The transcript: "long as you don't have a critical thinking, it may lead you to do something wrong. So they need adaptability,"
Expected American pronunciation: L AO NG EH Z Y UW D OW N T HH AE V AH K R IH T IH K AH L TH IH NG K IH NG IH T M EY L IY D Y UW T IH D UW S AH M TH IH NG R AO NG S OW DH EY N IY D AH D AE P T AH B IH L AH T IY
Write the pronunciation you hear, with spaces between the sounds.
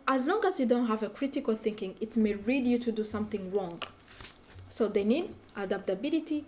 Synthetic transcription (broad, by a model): L AO NG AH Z Y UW D OW N T HH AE V AH K R IH T IH K AH L TH IH NG K IH NG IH T M EY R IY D Y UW T IH D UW S AH M TH IH NG R AO NG S OW DH EY N IY D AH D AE P T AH B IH L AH T IY